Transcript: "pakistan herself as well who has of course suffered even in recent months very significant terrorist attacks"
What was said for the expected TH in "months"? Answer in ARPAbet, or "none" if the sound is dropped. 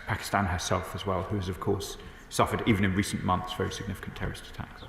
TH